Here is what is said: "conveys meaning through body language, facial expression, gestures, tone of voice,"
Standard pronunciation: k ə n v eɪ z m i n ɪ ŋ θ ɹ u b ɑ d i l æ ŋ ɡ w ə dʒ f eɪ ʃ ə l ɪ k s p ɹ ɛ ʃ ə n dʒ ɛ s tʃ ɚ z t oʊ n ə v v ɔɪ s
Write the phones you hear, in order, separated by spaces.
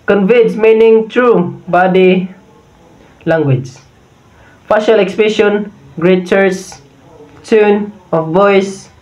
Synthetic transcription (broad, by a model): k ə n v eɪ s m i n ɪ ŋ t ɹ u b ɑ d i l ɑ ŋ ɡ w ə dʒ f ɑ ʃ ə l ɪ k s p ɹ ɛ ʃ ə n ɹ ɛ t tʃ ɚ s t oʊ n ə f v ɔɪ s